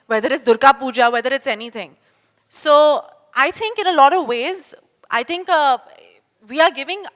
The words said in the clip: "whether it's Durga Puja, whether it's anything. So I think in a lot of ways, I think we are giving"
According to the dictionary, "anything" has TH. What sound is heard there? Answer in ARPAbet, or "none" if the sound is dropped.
T